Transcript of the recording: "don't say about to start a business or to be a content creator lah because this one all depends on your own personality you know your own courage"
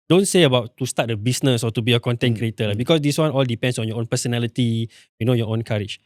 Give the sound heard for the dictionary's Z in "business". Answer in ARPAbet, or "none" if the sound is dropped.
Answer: S